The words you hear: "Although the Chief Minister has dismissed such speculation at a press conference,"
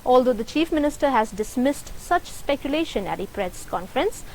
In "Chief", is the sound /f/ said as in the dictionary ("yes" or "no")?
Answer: yes